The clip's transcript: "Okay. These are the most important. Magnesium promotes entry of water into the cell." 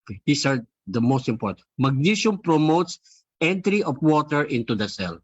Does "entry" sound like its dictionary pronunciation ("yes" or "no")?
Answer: yes